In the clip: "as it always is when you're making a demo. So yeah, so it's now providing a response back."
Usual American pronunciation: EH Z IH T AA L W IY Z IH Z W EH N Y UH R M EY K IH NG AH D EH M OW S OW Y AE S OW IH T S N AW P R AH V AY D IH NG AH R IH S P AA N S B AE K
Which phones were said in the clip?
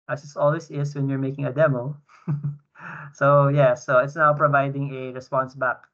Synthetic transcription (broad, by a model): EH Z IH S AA L W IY S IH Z W EH N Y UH R M EY K IH NG AH D EH M OW S OW Y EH S OW IH T S N AW P R AH V AY D IH NG AH R IH S P AA N S B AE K